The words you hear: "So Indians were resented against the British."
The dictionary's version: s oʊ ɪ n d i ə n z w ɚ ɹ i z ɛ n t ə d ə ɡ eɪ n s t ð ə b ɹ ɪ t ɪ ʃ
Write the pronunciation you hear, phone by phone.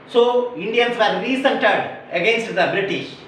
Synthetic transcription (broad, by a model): s oʊ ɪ n d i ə n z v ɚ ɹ i s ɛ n t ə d ə ɡ eɪ n s t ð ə b ɹ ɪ t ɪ ʃ